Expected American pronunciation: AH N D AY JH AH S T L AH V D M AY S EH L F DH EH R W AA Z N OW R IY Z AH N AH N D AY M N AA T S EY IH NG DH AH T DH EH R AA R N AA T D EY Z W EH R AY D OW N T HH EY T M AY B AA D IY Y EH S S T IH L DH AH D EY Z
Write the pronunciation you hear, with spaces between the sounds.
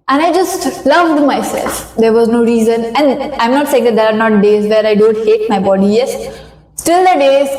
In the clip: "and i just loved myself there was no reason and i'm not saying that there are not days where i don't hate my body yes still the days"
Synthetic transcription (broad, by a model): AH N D AY JH AH S T L AH V D M AY S EH L F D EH R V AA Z N OW R IY Z AH N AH N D AY M N AA T S EY IH NG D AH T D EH R AA R N AA T D EY Z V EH R AY D OW N T HH EY T M AY B AA D IY Y EH S S T IH L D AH D EY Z